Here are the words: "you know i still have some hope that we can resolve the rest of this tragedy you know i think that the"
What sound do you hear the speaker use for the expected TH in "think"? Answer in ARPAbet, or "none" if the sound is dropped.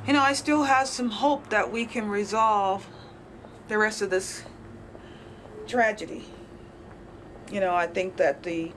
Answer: TH